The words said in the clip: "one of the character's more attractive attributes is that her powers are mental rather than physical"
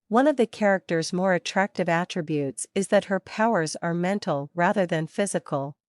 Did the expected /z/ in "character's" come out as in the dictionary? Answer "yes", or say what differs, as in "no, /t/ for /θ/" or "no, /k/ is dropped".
yes